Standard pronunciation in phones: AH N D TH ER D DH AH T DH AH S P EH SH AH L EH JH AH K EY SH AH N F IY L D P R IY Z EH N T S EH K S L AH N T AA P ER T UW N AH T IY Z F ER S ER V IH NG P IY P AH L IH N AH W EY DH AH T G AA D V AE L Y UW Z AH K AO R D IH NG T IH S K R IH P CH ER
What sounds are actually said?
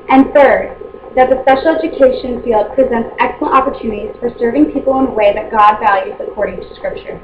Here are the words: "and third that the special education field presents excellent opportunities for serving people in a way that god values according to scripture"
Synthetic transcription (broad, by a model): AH N TH ER D DH AH T DH AH S P EH SH L EH JH AH K EY SH AH N F IY L D P R IY Z EH N T S EH K S L AH N T AA P ER T UW N AH T IY Z F ER S ER V IH NG P IY P L IH N W EY DH AH T G AA D V AE L Y UW Z AH K AO R D IH NG T IH S K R IH P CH ER